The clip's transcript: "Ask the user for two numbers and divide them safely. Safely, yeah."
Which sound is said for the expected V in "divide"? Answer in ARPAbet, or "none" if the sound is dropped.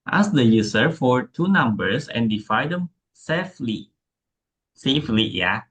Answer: F